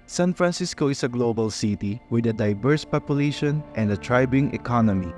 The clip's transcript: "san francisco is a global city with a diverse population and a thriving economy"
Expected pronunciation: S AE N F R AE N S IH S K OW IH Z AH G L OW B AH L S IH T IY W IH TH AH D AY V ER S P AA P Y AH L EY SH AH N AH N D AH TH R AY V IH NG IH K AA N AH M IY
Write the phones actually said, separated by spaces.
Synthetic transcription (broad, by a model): S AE N F R AE N S IH S K OW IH S AH G L OW B AH L S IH T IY W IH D AH D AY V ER S P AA P Y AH L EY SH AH N AH N D AH T R AY B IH NG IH K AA N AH M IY